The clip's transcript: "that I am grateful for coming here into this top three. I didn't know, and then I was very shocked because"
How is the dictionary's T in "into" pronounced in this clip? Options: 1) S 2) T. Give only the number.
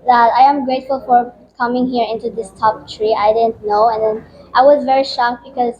2